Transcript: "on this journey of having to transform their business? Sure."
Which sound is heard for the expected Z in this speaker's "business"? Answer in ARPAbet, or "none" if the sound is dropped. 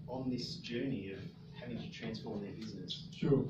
Z